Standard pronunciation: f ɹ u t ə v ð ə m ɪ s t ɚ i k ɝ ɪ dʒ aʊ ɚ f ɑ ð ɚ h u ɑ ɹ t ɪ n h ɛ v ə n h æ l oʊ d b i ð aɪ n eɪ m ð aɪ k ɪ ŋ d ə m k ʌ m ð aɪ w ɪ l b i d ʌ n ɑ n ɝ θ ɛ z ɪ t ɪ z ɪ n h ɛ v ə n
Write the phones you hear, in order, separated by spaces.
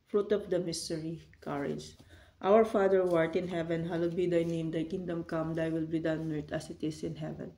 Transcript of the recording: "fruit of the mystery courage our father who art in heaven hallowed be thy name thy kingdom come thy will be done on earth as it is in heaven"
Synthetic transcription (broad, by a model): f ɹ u t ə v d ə m ɪ s t ɚ i k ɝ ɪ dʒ aʊ ɚ f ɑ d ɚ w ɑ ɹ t ɪ n h ɛ v ə n h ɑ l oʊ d b i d aɪ n eɪ m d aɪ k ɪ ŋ d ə m k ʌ m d aɪ w ɪ l b i d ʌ ɑ n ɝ t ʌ s ɪ t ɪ s ɪ n h ɛ v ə n